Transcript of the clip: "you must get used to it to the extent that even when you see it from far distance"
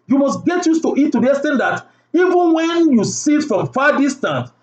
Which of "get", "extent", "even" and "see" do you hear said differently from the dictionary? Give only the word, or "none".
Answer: extent